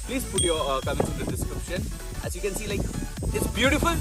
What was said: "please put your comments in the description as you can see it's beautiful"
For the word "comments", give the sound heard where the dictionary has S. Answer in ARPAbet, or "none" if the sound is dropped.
none